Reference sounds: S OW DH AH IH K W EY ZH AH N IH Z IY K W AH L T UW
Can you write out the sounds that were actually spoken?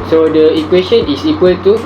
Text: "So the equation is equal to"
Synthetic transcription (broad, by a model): S OW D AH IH K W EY S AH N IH S IY K W AH L T UW